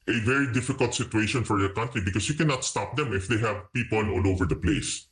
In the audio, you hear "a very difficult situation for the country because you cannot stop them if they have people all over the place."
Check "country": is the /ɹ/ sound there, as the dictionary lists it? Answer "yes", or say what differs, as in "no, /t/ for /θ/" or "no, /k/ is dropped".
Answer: yes